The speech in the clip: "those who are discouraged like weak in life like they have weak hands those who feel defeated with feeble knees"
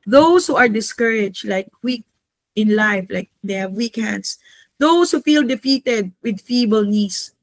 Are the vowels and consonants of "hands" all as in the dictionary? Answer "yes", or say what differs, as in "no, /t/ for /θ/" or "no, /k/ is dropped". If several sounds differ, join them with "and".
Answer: no, /s/ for /z/